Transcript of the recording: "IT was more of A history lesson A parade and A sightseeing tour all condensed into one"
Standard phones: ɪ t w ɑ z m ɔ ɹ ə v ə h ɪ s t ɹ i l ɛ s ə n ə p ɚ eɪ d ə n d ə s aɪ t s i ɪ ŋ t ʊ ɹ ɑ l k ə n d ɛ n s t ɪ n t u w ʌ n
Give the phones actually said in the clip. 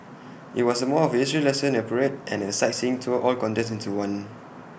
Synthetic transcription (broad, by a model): ɪ t w ɑ s m ɔ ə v ə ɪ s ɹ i l ɛ s ə n ə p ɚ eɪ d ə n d ə s aɪ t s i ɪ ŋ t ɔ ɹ ɑ l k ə n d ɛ s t ɪ n t u w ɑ n